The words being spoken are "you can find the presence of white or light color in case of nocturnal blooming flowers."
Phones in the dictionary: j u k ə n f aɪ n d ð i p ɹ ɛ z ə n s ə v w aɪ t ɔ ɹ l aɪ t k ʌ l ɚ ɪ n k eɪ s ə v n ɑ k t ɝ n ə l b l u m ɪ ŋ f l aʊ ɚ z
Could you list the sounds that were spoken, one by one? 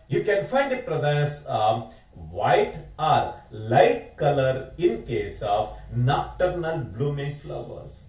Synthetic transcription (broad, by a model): j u k ə n f aɪ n d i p ɹ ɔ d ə s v aɪ t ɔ ɹ l aɪ t k ʌ l ɚ ɪ n k eɪ s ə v n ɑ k t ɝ n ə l b l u m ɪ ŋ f l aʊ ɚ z